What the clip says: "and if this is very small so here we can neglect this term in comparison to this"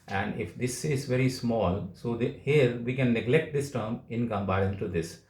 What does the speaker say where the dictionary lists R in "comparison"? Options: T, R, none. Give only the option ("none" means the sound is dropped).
none